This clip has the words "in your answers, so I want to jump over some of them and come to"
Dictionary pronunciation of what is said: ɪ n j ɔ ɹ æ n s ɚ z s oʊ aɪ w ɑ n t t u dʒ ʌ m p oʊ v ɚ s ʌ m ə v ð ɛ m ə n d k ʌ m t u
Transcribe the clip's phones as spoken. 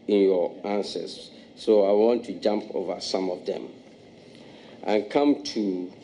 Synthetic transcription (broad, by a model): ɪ n j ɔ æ n s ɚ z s oʊ aɪ w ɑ n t t u dʒ ʌ m p oʊ v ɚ s ʌ m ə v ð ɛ m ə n k ʌ m t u